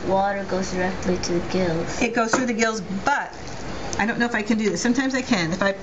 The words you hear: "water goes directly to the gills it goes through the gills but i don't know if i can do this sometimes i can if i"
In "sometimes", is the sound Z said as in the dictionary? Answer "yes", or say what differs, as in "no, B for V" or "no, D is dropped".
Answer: yes